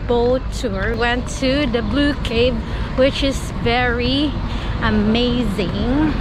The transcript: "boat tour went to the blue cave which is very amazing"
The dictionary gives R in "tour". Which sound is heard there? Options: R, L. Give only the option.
R